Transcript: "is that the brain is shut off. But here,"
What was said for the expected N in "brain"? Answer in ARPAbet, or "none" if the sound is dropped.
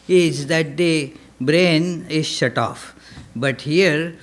N